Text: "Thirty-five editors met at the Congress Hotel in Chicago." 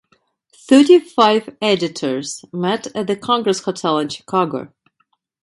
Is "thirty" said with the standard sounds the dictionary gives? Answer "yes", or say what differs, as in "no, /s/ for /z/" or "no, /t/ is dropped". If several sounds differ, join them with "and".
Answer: yes